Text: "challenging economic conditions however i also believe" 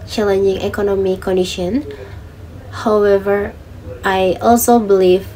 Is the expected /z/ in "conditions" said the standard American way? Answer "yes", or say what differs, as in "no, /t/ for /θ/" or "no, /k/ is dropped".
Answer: no, /z/ is dropped